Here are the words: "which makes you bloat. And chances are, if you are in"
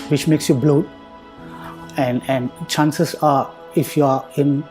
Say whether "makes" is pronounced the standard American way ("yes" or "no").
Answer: yes